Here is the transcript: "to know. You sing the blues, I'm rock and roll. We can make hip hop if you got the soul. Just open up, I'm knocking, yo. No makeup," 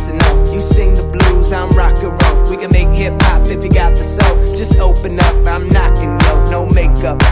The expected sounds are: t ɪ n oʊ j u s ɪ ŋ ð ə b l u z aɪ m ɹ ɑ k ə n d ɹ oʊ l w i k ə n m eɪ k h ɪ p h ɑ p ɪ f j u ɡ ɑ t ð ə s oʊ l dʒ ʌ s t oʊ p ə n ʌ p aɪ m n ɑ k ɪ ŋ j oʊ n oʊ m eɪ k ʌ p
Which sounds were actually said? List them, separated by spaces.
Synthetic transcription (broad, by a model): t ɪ n oʊ j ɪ s ɪ ŋ ð ə b l u z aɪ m ɹ ɑ k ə ɹ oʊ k w i k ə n m eɪ k h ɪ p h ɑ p ɪ f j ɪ ɡ ɑ t ð ə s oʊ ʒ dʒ ʌ s t oʊ p ə n ʌ p aɪ m n ɑ k ɪ ŋ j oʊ n oʊ m eɪ k ʌ p